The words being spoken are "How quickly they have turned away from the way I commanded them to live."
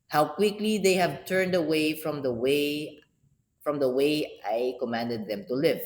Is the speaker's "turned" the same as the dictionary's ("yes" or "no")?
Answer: yes